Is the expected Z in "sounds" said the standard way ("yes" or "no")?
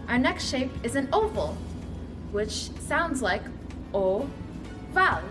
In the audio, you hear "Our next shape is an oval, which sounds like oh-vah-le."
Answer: yes